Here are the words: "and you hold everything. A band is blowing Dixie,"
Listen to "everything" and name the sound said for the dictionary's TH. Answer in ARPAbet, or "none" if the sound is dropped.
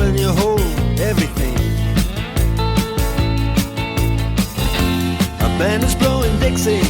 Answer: TH